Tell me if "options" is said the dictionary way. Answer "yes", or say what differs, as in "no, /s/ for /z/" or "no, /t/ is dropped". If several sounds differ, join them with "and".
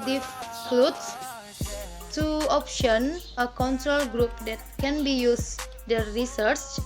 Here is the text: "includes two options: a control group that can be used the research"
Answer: no, /z/ is dropped